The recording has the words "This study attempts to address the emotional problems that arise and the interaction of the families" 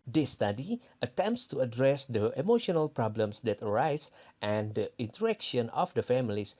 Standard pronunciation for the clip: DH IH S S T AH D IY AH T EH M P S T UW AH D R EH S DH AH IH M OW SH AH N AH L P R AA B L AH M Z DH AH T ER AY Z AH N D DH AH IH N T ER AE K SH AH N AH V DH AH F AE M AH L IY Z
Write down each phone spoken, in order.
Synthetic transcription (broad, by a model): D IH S S T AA D IY AH T EH M P S T UW AH D R EH S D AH IH M OW SH AH N AH L P R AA B L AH M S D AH T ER AY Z AH N D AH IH N T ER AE K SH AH N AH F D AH F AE M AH L IY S